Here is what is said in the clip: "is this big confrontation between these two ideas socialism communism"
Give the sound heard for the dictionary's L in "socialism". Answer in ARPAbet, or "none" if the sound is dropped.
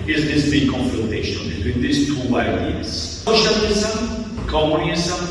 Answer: N